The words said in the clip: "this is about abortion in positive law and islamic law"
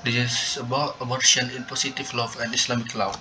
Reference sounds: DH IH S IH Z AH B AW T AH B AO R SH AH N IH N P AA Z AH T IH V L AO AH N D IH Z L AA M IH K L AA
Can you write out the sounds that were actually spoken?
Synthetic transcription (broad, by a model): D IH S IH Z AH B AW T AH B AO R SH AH N IH N P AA S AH T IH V L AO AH N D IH S L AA M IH K L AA